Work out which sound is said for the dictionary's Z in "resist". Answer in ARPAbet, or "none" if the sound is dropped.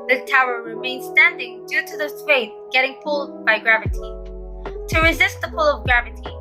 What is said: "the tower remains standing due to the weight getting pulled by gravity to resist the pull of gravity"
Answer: Z